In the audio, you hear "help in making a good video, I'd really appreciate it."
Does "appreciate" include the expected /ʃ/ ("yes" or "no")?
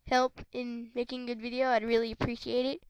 yes